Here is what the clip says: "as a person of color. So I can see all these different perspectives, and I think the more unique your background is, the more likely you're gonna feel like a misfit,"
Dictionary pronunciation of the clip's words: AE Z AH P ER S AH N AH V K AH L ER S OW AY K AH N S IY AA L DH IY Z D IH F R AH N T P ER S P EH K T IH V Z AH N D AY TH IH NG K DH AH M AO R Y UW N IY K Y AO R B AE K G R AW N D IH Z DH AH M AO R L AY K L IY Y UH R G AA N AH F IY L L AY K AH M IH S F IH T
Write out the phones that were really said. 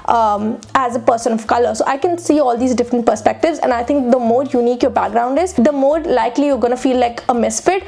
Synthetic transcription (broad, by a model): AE Z AH P ER S AH N AH V K AH L ER S OW AY K AH N S IY AA L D IY Z D IH F R AH N T P ER S P EH K T IH V Z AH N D AY T IH NG K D AH M AO R Y UW N IY K Y AO R B AE K G R AW N D IH Z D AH M AO R L AY K L IY Y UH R G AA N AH F IY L L AY K AH M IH S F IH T